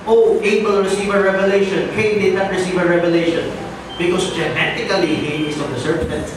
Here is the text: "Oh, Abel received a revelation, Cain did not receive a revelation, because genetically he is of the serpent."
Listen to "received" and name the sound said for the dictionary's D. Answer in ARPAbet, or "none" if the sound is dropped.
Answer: none